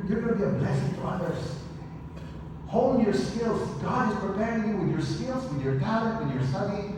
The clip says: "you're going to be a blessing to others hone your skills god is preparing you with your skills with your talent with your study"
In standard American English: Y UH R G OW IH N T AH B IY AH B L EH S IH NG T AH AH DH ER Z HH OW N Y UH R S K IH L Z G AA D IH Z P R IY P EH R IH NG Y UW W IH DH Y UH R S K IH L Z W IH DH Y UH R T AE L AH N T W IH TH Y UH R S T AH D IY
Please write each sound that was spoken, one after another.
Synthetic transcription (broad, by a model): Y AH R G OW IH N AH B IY AH B L EH S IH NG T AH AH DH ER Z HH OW L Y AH R S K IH L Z G AA D IH Z P R IY P EH R IH NG Y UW W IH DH Y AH R S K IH L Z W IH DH Y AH R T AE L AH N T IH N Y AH R S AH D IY